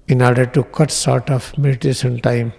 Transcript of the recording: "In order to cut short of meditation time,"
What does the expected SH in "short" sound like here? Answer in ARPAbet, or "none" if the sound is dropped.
S